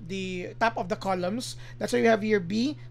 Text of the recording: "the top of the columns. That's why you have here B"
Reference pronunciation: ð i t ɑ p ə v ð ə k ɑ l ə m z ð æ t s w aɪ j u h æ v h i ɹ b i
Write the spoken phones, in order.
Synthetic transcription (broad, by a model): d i t ɑ p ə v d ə k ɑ l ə m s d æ t s w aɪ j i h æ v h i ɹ b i